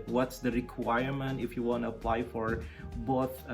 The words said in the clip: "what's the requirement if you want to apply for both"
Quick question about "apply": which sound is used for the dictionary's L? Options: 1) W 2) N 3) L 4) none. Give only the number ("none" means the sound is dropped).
3